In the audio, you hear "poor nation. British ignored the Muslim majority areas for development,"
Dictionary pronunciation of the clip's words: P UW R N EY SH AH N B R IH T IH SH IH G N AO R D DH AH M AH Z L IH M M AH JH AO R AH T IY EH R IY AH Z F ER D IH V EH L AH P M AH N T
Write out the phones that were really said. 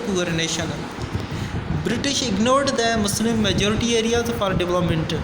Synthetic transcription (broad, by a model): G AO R N EY SH AH N B R IH T IH SH IH G N AO R D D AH M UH S L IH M M AH JH AO R AH T IY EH R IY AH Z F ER D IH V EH L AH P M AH N T